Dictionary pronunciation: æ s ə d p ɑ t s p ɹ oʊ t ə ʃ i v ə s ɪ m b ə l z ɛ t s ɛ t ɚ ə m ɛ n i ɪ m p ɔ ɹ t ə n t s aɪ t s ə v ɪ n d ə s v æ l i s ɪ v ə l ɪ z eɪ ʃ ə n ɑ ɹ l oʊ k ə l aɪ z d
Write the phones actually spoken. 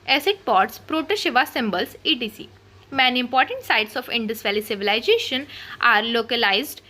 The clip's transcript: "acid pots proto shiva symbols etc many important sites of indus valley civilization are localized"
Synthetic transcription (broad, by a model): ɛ s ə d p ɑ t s p ɹ oʊ t ə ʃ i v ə s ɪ m b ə l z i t i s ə m ɛ n i ɪ m p ɔ ɹ t ə n t s aɪ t s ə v ɪ n d ə s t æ l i s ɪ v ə l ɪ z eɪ ʃ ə n ɑ ɹ l oʊ k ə l aɪ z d